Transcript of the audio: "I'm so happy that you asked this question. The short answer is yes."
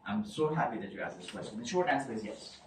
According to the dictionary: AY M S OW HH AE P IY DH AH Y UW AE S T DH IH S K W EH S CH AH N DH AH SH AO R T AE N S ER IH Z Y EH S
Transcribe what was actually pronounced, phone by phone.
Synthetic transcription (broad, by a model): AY M S OW HH AE P IY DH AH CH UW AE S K DH IH S K W EH S CH AH N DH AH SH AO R AE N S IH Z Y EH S